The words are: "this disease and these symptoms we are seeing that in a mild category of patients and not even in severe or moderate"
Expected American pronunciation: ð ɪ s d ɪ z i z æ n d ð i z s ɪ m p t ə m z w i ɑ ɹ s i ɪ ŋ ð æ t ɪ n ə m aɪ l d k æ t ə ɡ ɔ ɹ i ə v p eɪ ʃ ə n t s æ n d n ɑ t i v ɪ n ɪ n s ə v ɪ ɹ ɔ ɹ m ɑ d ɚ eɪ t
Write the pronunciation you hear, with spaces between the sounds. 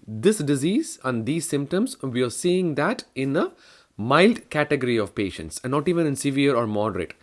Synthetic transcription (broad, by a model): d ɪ s d ɪ z i z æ n d i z s ɪ m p t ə m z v i ɑ ɹ s i ɪ ŋ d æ t ɪ n ə m aɪ l d k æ t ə ɡ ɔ ɹ i ə v p eɪ ʃ ə n t s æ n n ɑ t i v ɪ n ɪ n s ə v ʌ ɹ ɔ ɹ m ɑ d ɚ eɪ t